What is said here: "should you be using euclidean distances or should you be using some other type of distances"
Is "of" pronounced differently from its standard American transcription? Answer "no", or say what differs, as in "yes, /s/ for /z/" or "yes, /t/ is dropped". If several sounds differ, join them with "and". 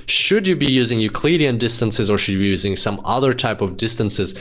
no